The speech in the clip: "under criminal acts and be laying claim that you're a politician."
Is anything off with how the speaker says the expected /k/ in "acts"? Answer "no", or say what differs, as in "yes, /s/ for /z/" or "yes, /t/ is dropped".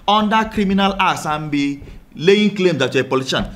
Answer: yes, /k/ is dropped